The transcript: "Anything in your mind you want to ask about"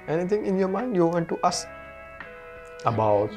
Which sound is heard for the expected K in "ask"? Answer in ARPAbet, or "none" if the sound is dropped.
none